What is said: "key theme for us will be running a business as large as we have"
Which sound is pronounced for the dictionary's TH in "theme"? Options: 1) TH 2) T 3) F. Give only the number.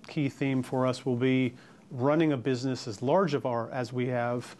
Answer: 1